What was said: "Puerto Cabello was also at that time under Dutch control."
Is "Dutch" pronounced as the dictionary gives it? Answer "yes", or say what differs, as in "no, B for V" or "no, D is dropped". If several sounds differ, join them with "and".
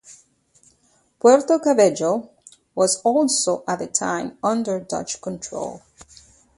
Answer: yes